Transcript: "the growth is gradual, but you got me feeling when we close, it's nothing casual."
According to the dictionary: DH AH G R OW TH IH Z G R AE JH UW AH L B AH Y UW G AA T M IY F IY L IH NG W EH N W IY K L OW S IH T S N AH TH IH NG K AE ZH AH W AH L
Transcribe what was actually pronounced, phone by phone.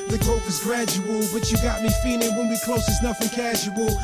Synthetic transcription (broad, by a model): DH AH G OW F IH Z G R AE JH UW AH L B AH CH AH G AA T M IY F IY L IH NG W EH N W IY K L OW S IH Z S N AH F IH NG K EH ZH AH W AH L